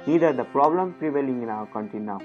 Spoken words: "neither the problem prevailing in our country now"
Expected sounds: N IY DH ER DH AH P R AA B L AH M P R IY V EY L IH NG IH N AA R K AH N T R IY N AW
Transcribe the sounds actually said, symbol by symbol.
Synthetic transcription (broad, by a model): N IY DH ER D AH P R AA B L AH M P R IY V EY L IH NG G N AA K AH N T IY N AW